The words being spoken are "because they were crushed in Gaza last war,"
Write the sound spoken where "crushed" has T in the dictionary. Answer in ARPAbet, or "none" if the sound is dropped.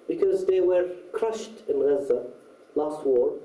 T